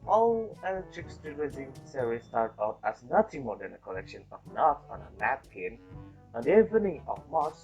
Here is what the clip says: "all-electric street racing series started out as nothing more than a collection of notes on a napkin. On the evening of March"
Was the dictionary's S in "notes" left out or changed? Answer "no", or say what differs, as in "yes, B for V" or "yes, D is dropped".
yes, S is dropped